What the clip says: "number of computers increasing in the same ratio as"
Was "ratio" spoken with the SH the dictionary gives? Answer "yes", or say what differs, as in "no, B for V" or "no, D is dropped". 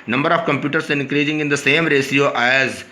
no, S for SH